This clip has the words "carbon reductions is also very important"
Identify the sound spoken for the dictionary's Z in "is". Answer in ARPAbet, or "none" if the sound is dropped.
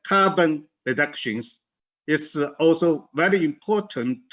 S